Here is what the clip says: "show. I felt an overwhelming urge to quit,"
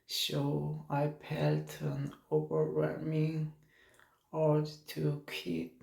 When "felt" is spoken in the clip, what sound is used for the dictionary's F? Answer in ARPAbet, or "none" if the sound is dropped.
P